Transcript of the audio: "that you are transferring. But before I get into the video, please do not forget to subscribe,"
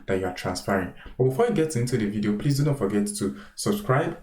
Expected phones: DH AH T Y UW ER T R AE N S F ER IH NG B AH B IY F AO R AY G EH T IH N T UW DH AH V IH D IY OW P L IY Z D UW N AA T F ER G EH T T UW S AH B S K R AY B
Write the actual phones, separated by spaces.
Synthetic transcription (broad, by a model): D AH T Y UW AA T R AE N S P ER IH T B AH B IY F AO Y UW G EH T IH N T UW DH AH V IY D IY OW P L IY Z D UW N AA T F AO G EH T T UW S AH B S K R AY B